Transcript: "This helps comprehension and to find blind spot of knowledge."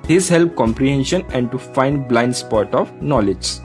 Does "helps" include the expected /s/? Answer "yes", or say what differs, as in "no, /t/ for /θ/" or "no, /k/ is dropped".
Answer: no, /s/ is dropped